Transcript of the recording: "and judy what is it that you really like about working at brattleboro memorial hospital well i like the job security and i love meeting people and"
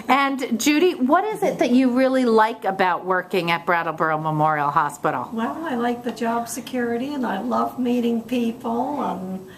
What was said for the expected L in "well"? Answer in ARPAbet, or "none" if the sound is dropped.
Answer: L